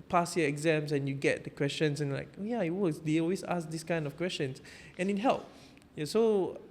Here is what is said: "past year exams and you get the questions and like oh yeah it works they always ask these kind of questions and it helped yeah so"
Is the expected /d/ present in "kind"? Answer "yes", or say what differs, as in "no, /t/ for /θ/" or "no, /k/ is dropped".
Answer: yes